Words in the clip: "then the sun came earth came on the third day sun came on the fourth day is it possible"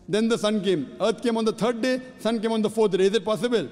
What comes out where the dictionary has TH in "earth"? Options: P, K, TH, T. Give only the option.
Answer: T